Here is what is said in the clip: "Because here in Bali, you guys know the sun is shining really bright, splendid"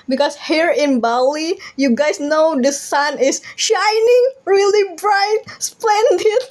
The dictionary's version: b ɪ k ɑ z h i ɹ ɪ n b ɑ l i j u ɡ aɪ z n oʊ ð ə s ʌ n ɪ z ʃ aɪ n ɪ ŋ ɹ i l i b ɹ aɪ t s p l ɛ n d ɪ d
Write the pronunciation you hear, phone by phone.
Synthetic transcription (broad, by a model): b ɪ k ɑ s h i ɹ ɪ n b ɑ l i j u ɡ aɪ s n oʊ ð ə s ʌ n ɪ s ʃ aɪ n ɪ ŋ ɹ i l i b ɹ aɪ t s p l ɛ n d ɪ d